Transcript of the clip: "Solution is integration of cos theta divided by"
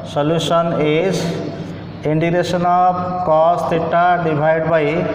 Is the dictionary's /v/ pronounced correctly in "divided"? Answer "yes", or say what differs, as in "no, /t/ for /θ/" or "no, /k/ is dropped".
no, /b/ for /v/